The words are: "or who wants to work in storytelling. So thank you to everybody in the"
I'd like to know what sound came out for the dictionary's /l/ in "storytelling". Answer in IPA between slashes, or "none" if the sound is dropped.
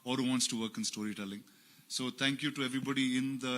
/l/